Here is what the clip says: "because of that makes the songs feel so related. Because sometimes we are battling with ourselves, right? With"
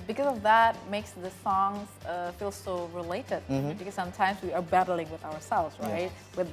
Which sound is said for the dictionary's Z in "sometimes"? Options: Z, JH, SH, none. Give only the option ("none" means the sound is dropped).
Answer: Z